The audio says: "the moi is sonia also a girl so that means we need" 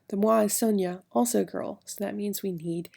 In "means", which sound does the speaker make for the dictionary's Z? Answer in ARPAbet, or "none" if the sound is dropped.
Z